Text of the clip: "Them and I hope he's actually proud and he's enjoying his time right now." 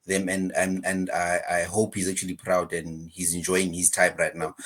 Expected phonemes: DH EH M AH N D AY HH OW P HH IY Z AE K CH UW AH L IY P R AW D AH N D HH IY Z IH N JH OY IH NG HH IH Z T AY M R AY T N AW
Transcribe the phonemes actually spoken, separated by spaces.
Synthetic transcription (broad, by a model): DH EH M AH N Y AY HH OW P HH IY Z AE K CH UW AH L IY P R AW D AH N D HH IY Z IH N JH OY IH NG HH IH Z T AY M R AY T N AW